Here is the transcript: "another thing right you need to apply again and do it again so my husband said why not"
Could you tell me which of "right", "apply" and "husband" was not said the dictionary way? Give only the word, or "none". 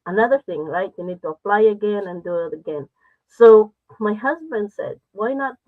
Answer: none